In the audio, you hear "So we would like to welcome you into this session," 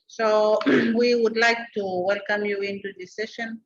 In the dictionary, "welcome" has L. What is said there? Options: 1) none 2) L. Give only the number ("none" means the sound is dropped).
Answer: 2